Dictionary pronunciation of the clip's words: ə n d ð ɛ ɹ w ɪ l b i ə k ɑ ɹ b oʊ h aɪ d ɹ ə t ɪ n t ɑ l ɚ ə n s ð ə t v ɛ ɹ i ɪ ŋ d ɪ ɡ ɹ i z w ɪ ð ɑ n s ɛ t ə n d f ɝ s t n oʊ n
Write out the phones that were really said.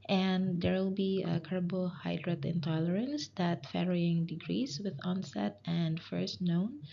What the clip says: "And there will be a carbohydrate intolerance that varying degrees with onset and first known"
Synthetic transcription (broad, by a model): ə n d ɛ ɹ w ɪ l b i ə k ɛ ɹ b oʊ h aɪ d ɹ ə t ɪ n t ɑ l ɚ ə n s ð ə t f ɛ ɹ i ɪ ŋ d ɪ ɡ ɹ i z w ɪ ð ɑ n s ɛ t ə n d f ɝ s t n oʊ n